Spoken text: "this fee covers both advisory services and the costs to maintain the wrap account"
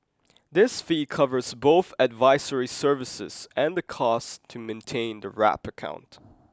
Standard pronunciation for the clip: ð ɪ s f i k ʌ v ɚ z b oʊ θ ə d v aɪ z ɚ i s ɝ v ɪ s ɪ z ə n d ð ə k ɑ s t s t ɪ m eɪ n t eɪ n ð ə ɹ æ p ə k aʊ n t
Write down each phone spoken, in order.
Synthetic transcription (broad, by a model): ð ɪ s f i k ʌ v ɚ z b oʊ θ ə d v aɪ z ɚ i s ɝ v ɪ s ɪ z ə n ð ə k ɑ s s t ɪ m eɪ n t eɪ n ð ə ɹ æ p ə k aʊ n t